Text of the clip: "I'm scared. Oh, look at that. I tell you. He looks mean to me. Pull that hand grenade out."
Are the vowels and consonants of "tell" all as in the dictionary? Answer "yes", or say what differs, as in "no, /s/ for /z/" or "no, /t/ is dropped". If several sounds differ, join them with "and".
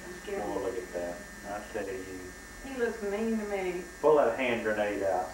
no, /s/ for /t/